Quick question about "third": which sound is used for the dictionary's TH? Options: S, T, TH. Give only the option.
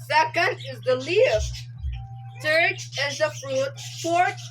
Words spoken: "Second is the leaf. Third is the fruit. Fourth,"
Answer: S